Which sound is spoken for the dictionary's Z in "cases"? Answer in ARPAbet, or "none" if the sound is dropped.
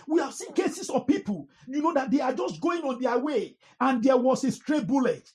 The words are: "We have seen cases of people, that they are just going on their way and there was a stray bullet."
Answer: S